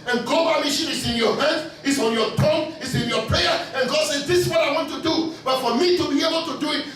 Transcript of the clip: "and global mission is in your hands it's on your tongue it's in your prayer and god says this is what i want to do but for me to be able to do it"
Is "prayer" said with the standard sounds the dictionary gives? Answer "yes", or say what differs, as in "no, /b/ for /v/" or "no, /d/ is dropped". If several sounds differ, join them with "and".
yes